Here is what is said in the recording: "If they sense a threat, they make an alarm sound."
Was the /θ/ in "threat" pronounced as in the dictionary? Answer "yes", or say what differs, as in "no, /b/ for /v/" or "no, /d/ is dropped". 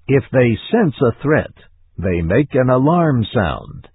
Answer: yes